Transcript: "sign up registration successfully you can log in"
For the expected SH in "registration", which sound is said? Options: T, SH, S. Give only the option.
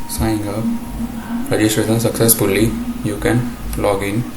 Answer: S